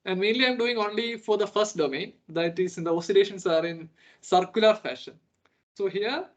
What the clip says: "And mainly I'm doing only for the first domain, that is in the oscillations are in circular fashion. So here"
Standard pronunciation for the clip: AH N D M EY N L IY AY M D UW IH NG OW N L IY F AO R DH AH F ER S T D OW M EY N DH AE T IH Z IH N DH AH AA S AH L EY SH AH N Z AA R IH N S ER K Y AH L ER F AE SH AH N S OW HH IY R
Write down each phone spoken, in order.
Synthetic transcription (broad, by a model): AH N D M EY N L IY AY M D UW IH NG OW N L IY F AO R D AH F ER S T D OW M EY N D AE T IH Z IH N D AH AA S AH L EY SH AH N S AA R IH N S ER K Y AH L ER F AE SH AH N S OW HH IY R